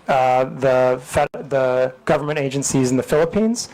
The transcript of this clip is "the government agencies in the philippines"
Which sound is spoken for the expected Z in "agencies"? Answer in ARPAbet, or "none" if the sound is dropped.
Z